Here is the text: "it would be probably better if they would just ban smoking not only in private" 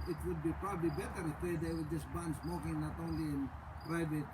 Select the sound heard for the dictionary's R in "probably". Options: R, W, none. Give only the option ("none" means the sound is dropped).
R